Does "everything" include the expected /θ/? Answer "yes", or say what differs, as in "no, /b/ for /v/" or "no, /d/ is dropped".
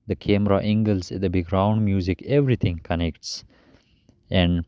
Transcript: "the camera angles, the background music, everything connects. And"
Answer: no, /t/ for /θ/